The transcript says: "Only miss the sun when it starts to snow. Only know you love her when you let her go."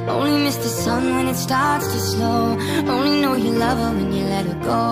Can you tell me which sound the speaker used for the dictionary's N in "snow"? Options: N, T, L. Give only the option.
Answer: L